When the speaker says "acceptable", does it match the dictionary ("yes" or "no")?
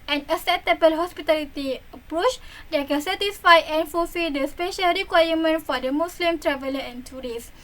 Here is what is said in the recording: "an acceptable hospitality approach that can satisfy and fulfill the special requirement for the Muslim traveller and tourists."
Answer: no